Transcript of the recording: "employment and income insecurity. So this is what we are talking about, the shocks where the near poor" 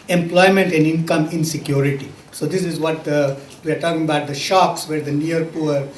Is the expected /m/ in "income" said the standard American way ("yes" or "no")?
yes